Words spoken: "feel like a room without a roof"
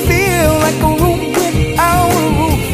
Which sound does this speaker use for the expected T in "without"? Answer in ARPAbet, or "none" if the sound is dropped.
none